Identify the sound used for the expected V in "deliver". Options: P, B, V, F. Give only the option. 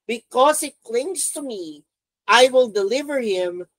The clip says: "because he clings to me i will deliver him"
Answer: V